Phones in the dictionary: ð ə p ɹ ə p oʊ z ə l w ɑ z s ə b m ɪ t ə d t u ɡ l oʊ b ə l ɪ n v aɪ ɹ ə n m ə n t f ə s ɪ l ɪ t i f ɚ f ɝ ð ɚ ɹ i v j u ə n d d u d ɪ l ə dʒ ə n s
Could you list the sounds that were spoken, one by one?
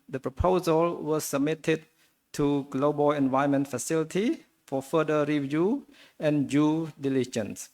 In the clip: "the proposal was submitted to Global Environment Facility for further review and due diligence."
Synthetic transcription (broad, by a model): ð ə p ɹ ə p oʊ z ə l w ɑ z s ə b m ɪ t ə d t u ɡ l oʊ b ə l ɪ n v aɪ ə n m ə n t f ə s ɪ l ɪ t i f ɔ f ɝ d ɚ ɹ i v j u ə n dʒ u d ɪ l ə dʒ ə n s